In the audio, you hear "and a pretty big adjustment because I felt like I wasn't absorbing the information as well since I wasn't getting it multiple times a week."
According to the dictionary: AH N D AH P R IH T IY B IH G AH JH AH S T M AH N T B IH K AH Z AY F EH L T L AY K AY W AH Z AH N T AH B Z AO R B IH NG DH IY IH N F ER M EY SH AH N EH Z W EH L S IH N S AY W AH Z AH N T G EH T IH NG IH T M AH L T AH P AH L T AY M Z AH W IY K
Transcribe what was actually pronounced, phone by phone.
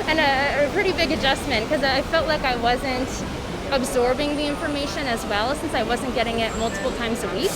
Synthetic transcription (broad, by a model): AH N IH AH P R IH T IY B IH G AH JH AH S T M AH N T K AH Z AY F EH L T L AY K AY W AH Z AH N T AH B Z AO R B IH NG DH IY IH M F ER M EY SH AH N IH Z W EH L S IH N S AY W AH Z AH N G EH T IH NG IH T M AH L T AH P L T AY M Z AH W IY K